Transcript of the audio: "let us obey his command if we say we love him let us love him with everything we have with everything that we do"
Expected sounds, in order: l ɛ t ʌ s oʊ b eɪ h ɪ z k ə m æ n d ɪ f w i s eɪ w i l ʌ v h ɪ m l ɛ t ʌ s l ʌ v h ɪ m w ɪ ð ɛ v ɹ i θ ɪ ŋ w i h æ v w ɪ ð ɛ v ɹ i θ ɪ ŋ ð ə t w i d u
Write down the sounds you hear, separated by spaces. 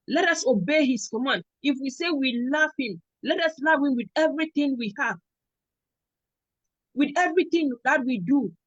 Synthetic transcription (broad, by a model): l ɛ t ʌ s oʊ b eɪ h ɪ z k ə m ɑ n ɪ f w i s eɪ w i l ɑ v h ɪ m l ɛ t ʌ s l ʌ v h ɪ m w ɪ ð ɛ v ɹ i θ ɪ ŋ w i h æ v w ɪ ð ɛ v ɹ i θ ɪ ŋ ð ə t w i d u